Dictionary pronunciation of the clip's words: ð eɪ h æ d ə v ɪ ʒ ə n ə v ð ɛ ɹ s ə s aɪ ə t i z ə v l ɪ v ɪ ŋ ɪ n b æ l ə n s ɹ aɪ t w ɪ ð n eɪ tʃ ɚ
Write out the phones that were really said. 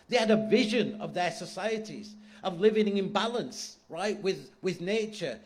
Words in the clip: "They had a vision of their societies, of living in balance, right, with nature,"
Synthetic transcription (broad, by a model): ð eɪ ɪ d ə v ɪ ʒ ə n ə v ð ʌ ɹ s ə s aɪ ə t i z ə v l ɪ v ɪ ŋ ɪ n b æ l ə n s ɹ aɪ t w ɪ ð n eɪ tʃ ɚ